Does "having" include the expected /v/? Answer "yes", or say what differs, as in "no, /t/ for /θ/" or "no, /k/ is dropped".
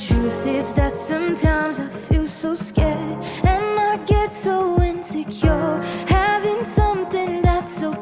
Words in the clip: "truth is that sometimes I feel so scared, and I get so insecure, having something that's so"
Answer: yes